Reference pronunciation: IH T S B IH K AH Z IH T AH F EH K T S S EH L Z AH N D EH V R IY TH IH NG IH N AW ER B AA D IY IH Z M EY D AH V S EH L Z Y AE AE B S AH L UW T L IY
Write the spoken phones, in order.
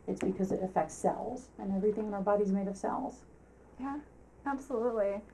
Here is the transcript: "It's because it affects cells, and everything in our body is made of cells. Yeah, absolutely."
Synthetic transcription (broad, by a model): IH T S B IH K AH Z IH T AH F EH K T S S EH L Z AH N EH V R IY TH IH NG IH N AW ER B AA D IY Z M EY D AH V S EH L Z Y AE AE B S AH L UW T L IY